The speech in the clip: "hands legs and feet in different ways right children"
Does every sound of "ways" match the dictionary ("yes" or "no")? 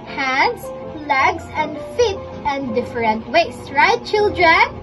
no